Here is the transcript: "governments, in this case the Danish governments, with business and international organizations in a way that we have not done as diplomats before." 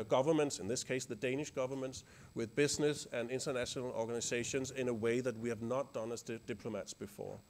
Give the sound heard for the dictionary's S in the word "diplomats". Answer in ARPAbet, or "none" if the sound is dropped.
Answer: S